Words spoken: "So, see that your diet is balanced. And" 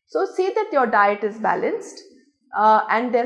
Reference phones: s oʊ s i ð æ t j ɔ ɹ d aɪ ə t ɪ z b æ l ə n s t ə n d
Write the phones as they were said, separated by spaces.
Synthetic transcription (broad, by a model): s oʊ s i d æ t j ɔ ɹ d aɪ ə t ɪ z b æ l ə n s t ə n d